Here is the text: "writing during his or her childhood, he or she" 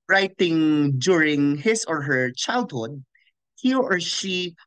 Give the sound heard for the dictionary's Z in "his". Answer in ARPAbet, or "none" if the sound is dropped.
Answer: S